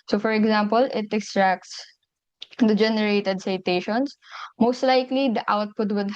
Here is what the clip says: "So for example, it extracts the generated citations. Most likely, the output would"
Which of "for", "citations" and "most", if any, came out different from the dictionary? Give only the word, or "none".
citations